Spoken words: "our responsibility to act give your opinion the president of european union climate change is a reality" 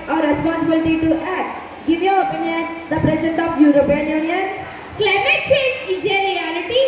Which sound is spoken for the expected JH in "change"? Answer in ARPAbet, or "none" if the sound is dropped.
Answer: none